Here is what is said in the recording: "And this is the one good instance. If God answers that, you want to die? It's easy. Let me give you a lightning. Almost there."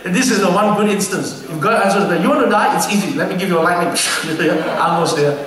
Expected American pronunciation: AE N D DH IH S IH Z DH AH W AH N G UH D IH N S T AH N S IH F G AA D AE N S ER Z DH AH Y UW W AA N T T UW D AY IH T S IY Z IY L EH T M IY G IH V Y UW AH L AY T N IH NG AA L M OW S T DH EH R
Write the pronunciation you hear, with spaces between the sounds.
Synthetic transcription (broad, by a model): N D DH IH S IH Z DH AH W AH N G UH D IH N S T AH N S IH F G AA AE S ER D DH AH Y UW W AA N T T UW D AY IH T S IY Z IY L EH T M IY G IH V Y AH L AY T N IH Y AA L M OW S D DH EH